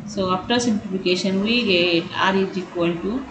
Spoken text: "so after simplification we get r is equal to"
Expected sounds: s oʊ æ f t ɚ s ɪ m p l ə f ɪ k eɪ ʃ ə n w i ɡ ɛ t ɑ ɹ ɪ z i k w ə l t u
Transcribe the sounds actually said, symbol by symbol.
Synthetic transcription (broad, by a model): s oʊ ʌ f t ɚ s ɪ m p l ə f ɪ k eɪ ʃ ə n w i ɡ ɛ t ɑ ɹ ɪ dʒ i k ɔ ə n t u